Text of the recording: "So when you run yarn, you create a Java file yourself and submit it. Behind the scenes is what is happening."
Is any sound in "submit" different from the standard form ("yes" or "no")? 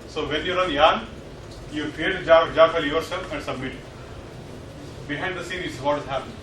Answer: no